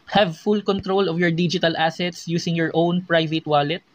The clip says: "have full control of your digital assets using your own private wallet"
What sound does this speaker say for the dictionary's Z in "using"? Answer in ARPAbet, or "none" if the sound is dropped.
S